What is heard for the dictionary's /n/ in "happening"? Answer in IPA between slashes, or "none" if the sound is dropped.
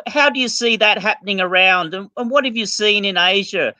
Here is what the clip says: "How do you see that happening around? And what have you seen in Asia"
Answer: /n/